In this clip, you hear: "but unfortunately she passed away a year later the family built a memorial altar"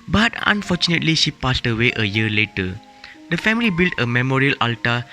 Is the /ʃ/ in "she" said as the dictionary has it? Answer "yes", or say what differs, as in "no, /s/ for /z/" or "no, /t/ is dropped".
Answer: yes